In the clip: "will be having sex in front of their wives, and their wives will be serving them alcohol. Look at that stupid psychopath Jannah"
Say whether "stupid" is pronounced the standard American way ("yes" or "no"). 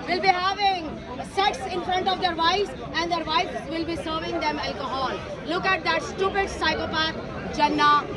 yes